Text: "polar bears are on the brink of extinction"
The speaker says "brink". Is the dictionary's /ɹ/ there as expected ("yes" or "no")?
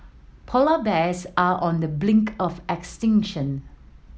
no